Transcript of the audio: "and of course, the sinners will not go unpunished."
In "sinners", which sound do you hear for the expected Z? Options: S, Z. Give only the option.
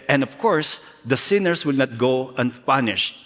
S